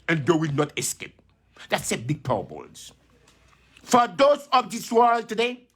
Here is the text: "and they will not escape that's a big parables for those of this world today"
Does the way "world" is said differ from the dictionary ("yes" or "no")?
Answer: no